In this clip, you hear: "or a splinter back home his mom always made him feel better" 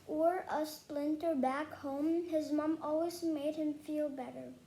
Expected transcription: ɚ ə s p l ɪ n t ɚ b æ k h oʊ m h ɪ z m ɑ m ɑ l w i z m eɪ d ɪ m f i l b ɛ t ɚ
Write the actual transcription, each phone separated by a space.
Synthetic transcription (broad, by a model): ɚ ə s p l ɪ n t ɚ b æ k h oʊ m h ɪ z m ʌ m ɑ l w i z m eɪ d ɪ m f i l b ɛ t ɚ